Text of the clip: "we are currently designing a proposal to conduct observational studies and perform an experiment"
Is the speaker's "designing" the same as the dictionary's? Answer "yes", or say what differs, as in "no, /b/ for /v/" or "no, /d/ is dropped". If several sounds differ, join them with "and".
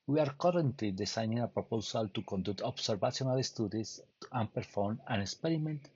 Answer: no, /s/ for /z/